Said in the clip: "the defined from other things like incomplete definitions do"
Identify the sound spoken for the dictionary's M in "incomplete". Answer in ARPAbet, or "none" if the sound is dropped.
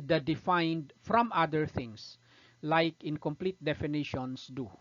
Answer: M